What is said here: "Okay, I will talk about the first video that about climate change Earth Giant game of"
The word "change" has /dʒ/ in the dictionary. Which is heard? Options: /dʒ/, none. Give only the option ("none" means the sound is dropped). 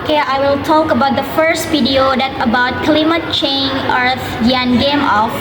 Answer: none